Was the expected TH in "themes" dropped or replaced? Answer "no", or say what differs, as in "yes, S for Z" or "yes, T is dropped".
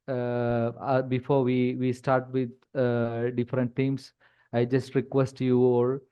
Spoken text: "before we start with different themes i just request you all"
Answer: yes, T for TH